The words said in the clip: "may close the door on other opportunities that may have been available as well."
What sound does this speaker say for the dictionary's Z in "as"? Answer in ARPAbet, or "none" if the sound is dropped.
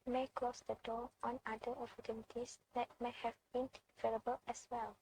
S